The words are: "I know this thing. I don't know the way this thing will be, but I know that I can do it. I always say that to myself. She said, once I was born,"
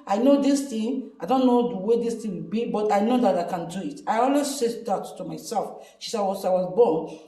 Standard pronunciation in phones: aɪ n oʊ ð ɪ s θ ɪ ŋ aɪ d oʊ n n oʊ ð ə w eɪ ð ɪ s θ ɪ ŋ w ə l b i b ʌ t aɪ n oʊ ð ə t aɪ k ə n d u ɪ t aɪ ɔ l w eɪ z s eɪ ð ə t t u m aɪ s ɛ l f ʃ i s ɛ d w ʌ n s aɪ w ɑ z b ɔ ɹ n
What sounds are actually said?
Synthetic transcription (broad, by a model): aɪ n oʊ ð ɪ s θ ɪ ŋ aɪ d oʊ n n oʊ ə w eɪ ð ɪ s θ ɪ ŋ w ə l b i b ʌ t aɪ n oʊ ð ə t aɪ k ə n d u ɪ t aɪ ɔ l w eɪ z s eɪ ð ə t t u m aɪ s ɛ l f ʃ i s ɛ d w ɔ s aɪ w ɑ z b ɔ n